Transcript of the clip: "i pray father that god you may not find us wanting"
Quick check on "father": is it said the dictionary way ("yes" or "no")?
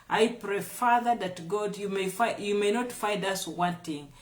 yes